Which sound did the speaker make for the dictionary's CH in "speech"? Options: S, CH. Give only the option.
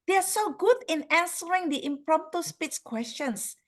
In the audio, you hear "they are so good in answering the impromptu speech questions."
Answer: S